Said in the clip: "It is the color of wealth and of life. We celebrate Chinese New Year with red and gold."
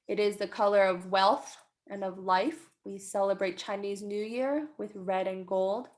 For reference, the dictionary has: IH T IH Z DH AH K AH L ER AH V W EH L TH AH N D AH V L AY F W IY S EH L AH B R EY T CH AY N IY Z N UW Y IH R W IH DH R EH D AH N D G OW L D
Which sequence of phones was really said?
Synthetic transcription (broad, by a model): IH T IH Z DH AH K AH L ER AH V W EH L TH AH N AH V L AY F W IY S EH L AH B R EY T CH AY N IY Z N UW Y IH R W IH DH R EH D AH N G OW L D